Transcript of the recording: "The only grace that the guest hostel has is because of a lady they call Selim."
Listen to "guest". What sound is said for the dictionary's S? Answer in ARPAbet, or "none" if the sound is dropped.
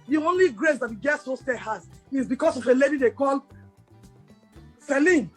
none